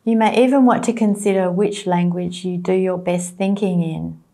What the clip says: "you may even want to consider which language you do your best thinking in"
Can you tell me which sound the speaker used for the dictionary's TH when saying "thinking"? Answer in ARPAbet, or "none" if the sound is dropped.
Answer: TH